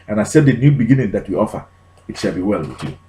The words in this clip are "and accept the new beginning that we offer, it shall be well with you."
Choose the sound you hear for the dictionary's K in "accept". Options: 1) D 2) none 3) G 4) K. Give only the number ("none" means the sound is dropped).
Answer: 2